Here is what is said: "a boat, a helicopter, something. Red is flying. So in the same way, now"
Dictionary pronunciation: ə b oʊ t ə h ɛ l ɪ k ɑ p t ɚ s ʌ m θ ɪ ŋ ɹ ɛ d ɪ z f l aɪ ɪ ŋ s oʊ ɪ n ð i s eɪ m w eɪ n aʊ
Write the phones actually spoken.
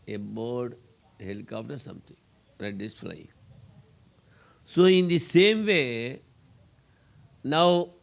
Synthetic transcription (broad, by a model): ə b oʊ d h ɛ l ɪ k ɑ f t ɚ s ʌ m t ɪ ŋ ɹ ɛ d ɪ s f l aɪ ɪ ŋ s oʊ ɪ n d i s eɪ m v eɪ n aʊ